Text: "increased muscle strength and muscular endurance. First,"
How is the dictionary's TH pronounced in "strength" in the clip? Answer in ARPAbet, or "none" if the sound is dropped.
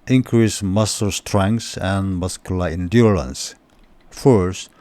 S